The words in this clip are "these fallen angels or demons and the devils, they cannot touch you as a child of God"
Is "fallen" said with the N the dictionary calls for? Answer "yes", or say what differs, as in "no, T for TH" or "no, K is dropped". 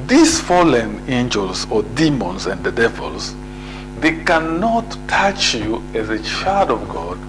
yes